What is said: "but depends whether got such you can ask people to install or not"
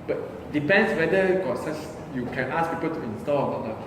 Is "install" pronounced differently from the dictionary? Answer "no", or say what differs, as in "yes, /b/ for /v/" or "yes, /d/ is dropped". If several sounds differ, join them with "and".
no